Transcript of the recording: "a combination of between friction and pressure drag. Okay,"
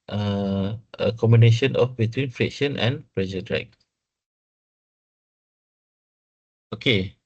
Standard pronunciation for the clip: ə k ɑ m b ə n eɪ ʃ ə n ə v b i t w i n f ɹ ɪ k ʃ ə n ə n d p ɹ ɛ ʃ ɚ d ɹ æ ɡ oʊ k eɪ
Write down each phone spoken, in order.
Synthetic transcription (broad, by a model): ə k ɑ m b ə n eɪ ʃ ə n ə f b i t w i n f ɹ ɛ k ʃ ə n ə n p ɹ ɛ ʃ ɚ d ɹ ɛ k oʊ k eɪ